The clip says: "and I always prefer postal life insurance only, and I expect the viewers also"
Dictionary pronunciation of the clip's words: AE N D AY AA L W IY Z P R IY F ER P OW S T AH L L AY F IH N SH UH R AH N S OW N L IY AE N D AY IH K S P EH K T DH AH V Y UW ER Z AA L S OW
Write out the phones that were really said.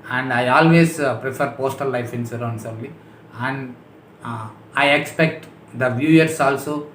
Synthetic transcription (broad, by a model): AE N D AY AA L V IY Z P R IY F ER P OW S T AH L L AY F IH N S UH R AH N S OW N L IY AE N D AY IH K S P EH K T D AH V Y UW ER S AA L S OW